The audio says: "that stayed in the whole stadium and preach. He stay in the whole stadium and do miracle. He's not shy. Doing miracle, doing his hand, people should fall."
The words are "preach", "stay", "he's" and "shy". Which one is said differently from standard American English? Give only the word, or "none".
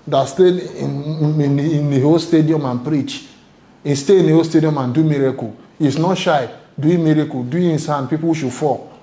he's